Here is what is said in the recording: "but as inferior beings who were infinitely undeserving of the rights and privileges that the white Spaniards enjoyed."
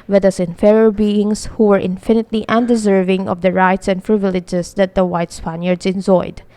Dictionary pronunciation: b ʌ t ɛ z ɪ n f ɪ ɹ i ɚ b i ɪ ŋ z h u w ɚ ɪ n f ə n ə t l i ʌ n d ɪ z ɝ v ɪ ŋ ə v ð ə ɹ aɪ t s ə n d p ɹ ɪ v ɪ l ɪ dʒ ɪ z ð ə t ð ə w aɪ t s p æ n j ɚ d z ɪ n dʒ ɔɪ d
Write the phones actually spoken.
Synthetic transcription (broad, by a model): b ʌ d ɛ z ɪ n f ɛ ɹ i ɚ b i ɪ ŋ s h u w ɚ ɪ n f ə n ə t l i ʌ n d ɪ z ɝ v ɪ ŋ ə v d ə ɹ aɪ t s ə n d p ɹ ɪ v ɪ l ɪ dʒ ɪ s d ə t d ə w aɪ t s p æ n j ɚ d s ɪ n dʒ ɔɪ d